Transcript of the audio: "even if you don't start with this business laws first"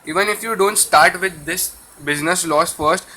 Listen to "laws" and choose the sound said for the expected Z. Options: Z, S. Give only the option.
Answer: S